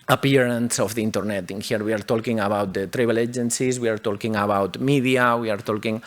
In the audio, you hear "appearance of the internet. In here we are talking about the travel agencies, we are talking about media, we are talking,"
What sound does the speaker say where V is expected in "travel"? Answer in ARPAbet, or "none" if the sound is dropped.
B